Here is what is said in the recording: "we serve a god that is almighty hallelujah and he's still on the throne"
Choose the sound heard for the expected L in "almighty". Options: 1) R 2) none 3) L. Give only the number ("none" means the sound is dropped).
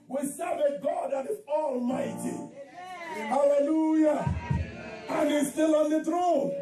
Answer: 3